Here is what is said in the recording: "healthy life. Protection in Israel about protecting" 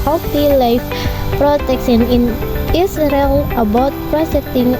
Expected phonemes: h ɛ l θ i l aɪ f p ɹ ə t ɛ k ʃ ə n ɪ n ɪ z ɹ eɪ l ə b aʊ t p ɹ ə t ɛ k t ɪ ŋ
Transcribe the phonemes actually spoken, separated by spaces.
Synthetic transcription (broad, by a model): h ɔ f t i l aɪ f p ɹ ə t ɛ k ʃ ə n ɪ n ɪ s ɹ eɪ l ə b aʊ t p ɹ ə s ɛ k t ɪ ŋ